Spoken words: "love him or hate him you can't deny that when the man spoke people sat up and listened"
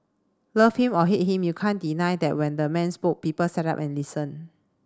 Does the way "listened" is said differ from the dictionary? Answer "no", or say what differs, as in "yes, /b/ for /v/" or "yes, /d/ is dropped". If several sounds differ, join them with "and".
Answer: yes, /d/ is dropped